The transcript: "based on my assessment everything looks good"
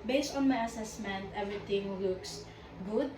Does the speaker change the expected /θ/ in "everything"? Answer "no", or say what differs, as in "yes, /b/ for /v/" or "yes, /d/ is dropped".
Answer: yes, /t/ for /θ/